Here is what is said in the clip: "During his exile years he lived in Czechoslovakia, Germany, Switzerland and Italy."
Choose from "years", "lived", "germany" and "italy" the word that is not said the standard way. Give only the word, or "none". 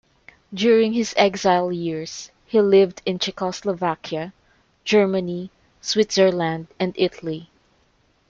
years